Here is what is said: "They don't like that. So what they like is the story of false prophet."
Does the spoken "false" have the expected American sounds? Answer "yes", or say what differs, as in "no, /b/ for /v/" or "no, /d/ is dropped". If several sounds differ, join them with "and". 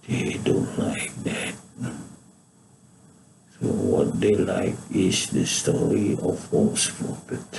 no, /l/ is dropped